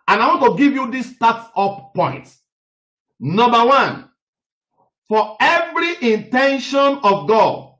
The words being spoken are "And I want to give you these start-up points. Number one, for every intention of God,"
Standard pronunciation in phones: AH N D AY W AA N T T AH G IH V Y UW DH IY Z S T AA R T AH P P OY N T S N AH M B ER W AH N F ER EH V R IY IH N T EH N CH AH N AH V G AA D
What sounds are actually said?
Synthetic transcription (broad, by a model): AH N AY W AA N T T AH G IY V Y UW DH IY S T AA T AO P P OY N T N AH M B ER W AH N F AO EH V R IY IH N T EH N SH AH N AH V G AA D